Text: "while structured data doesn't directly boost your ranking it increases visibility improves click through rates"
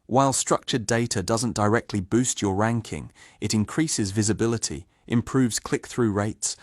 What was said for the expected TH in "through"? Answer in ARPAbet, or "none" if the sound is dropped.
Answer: TH